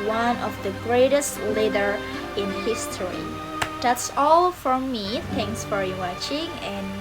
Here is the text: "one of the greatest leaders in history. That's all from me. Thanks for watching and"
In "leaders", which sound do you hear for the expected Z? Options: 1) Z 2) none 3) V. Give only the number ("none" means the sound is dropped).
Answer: 2